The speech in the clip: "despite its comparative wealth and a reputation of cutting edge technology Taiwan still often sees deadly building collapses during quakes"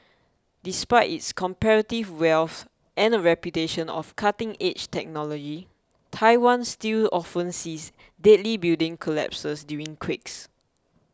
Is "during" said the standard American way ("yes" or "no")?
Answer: no